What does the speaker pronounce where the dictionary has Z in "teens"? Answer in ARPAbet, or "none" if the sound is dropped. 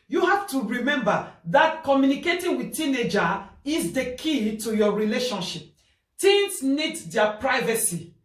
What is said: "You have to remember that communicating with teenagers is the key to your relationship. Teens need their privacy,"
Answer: S